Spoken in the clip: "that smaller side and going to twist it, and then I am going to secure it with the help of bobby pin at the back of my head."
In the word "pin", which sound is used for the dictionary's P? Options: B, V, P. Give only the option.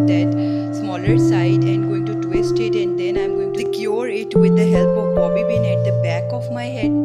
B